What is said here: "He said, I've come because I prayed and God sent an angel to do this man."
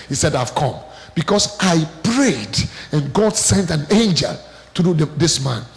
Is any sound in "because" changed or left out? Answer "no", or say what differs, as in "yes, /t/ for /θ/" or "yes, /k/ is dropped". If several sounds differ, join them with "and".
yes, /s/ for /z/